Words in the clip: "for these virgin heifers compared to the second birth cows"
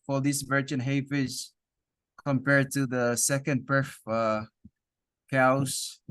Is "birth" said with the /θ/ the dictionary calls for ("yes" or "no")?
no